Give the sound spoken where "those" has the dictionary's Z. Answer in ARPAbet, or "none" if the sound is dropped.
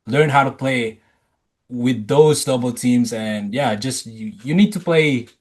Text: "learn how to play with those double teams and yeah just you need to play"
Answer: Z